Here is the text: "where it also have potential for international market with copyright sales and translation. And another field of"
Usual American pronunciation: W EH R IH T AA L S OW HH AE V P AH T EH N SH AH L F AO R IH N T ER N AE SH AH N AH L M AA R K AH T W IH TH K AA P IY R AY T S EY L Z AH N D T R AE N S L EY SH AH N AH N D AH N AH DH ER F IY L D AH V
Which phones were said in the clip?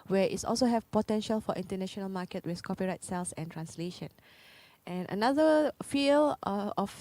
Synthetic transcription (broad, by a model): W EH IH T AA L S OW HH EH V P AH T EH N SH AH L F AO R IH N T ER N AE SH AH N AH L M AA K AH T W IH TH K AA P IY R AY T S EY L S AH N T R AE N S L EY SH AH N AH N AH N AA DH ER F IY L AH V